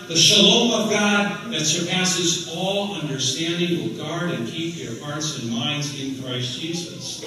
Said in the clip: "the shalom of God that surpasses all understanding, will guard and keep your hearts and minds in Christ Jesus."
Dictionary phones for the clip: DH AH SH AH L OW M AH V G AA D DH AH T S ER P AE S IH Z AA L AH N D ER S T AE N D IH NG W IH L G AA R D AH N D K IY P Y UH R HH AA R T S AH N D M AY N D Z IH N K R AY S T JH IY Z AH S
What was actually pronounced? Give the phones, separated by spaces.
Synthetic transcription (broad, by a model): DH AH SH AH L OW M AH V G AA D DH AH T S ER P AE S IH Z AA L AH N D ER S T AE N D IH NG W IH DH G AA R D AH N K IY P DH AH R HH AA R T S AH N M AY N D Z IH N K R AY S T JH IY Z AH S